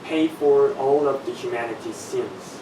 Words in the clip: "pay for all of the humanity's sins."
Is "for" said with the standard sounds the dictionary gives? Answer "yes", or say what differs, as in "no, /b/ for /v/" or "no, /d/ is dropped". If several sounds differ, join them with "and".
yes